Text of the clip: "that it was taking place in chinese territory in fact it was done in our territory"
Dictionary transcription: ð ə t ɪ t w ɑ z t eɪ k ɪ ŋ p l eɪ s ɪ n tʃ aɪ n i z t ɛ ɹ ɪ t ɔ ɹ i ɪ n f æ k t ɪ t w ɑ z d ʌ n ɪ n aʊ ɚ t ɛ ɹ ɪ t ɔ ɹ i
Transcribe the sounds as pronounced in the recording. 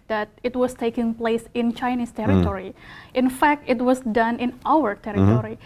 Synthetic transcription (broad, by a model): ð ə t ɪ t w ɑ s t eɪ k ɪ ŋ p l eɪ s ɪ n tʃ aɪ n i s t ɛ ɹ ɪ t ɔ ɹ i ɪ n f æ k t ɪ t w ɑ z d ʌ n ɪ n aʊ ɚ t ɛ ɹ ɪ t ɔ ɹ i